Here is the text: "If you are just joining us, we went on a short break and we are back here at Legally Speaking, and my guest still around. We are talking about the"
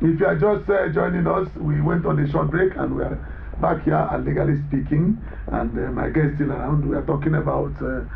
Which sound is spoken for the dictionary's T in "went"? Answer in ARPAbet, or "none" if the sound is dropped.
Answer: T